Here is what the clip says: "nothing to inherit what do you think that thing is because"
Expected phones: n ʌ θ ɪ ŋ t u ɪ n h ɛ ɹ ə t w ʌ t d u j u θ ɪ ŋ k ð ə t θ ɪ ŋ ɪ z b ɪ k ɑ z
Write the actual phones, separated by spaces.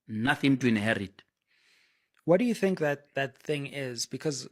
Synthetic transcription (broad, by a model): n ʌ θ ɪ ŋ t u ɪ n h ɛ ɹ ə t w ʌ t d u j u θ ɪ ŋ k ð ə t θ ɪ ŋ ɪ z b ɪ k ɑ z